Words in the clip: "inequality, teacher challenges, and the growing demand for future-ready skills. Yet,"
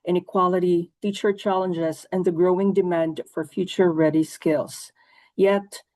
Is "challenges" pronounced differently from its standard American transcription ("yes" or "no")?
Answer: no